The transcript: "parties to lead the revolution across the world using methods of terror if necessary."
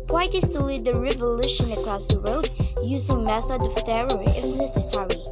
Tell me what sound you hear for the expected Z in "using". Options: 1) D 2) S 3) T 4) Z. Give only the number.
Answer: 4